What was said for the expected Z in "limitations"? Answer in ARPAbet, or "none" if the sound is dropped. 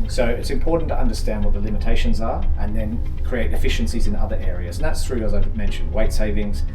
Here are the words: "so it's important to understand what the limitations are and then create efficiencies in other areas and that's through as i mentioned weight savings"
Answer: Z